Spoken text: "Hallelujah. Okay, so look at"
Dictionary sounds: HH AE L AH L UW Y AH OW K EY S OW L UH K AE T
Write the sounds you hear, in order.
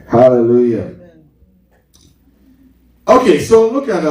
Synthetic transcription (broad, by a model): HH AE L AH L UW Y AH OW K EY S OW L UH K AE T